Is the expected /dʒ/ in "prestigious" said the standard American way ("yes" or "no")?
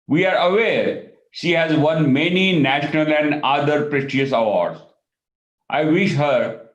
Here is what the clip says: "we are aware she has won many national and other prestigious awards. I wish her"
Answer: no